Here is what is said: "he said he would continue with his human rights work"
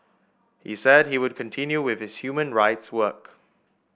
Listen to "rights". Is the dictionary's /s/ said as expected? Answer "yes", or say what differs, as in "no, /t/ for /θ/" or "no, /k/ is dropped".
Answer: yes